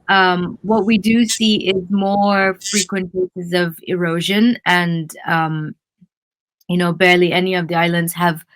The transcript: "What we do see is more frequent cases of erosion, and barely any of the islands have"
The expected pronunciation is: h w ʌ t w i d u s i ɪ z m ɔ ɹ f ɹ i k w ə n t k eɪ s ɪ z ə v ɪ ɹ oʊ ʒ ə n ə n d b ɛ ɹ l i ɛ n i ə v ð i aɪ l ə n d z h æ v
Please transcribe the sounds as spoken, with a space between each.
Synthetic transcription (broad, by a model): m w ʌ t w i d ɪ s i ɪ z m ɔ ɹ f ɹ i k w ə n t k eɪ s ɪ z ə v ɪ ɹ oʊ ʒ ə n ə n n b ɛ ɹ l i ɛ n i ə v ð i aɪ l ə n d z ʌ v